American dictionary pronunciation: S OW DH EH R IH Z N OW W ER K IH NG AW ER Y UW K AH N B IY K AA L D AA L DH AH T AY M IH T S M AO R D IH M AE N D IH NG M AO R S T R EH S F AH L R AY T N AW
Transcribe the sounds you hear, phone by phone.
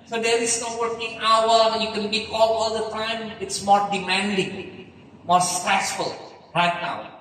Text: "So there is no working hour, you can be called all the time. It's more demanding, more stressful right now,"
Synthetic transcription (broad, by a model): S OW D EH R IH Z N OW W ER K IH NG AW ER Y UW K AH N B IY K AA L AA L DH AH T AY M IH T S M AO R D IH M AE N D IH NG M AO R S T R EH S F AH L R AY T N AW